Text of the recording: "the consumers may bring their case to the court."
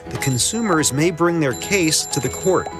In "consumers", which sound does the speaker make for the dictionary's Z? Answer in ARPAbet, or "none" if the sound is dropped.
Z